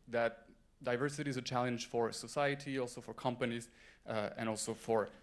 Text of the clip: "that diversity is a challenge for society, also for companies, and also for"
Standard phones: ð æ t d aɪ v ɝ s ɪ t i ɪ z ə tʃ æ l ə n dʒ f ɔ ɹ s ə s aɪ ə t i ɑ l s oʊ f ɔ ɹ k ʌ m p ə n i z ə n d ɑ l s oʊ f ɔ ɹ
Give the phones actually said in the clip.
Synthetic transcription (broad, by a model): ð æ t d aɪ v ɝ s ɪ t i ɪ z ə tʃ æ l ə n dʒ f ɔ ɹ s ə s aɪ ə t i ɑ l s oʊ f ɔ ɹ k ʌ m p ə n i z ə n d ɑ l s oʊ f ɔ ɹ